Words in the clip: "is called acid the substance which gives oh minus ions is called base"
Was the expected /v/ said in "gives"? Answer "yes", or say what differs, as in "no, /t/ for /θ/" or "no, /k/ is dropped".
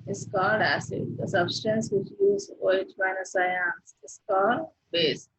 no, /v/ is dropped